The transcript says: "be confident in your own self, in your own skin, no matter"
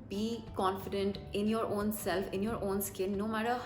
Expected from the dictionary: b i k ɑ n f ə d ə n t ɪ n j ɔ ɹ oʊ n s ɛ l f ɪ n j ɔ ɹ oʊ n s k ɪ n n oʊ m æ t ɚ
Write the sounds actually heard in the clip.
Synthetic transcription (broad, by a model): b i k ɑ n f ə d ə n t ɪ n j ɔ ɹ oʊ n s ɛ l f ɪ n j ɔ ɹ oʊ n s k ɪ l n oʊ m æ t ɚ